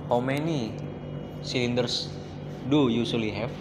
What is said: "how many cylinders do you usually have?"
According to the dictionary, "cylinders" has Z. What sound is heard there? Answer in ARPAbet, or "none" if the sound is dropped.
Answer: S